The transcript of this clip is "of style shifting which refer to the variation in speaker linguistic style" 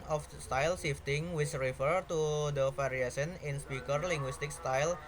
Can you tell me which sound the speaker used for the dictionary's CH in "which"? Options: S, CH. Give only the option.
S